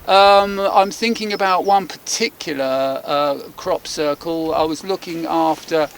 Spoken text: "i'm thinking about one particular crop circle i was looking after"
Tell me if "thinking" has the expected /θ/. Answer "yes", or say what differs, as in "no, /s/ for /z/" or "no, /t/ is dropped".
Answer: yes